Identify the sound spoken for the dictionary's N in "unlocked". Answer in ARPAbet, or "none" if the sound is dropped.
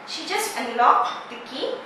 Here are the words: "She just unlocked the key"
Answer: none